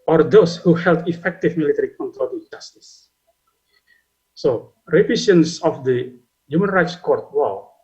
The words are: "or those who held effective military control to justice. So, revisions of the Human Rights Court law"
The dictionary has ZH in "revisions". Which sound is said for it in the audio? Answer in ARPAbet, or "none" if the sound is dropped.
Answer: S